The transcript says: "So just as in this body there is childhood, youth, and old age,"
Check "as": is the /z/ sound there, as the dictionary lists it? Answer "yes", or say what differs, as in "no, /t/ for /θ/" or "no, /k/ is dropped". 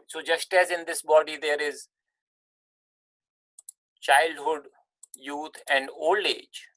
yes